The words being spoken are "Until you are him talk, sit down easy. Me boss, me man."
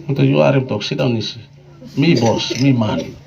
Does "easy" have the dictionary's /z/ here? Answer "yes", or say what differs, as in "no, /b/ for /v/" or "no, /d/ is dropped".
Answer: no, /s/ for /z/